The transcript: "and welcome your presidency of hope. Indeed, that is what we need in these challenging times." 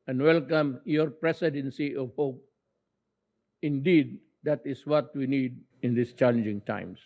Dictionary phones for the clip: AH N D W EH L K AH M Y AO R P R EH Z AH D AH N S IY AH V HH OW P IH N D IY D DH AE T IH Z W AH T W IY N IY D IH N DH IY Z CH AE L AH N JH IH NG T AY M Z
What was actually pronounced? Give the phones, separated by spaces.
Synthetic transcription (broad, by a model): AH N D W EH L K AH M Y AO R P R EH S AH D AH N S IY AH V HH OW P IH N D IY D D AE T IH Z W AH T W IY N IY D IH N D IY S CH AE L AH N JH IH NG T AY M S